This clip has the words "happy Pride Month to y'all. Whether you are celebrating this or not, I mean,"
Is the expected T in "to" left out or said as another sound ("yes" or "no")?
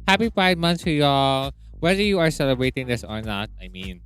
yes